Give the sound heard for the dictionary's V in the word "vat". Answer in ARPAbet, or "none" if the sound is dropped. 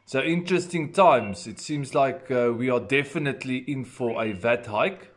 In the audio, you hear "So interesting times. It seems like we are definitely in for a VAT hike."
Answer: V